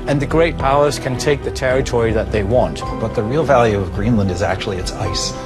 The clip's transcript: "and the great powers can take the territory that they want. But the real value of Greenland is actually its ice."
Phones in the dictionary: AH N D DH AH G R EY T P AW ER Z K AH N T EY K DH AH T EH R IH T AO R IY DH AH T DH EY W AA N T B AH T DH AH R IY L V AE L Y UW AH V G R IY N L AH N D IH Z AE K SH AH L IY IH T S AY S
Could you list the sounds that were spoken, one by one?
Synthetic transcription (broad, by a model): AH N DH AH G R EY T P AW ER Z K AH N T EY K DH AH T EH R IH T AO R IY DH AH T DH EY W AA N T B AH T DH AH R IY L V AE L Y UW AH V G R IY N L AH N D IH Z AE K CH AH L IY IH T S AY S